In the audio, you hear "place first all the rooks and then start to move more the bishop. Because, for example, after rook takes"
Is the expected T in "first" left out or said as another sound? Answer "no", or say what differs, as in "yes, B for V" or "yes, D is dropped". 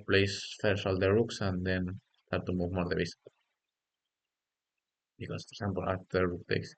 yes, T is dropped